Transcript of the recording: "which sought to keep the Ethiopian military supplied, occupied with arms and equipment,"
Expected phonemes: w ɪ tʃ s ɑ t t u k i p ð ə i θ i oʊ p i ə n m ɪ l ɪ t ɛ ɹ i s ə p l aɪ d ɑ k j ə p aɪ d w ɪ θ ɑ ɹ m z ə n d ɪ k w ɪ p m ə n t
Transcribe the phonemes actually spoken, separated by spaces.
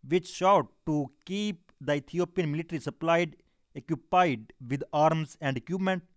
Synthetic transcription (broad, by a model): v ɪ tʃ ʃ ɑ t t u k i p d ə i t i oʊ p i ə n m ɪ l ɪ t ɹ i s ə p l aɪ d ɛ k j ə p aɪ d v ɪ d ɑ ɹ m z ə n d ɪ k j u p m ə n t